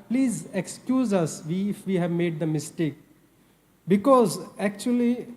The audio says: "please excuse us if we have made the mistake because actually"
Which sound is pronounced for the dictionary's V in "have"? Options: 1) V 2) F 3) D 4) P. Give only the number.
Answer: 1